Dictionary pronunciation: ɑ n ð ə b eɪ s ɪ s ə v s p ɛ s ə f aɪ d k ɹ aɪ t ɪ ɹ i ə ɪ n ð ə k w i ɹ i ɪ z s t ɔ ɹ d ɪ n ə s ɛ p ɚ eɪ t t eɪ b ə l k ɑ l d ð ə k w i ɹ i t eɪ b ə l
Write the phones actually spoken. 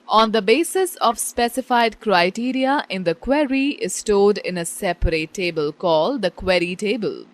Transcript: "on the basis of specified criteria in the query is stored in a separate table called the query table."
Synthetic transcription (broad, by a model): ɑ n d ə b eɪ s ɪ s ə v s p ɛ s ə f aɪ d k ɹ aɪ t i ɹ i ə ɪ n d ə k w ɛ ɹ i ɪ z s t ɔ d ɪ n ə s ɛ p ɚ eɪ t t eɪ b ə l k ɑ l d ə k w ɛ ɹ i t eɪ b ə l